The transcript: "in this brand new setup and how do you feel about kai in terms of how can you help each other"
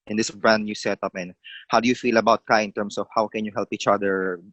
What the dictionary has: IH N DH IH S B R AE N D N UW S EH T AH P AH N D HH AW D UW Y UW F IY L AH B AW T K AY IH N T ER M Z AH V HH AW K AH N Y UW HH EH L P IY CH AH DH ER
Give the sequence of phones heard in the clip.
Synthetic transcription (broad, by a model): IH N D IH S B R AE N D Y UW S EH T AH P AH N HH AW D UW Y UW F IY L AH B AW T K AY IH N T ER M S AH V HH AW K AH N Y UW HH EH L P IY CH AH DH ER